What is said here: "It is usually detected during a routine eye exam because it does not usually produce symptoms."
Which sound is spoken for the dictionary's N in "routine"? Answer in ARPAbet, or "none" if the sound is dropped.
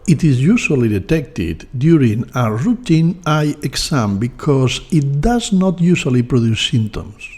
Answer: N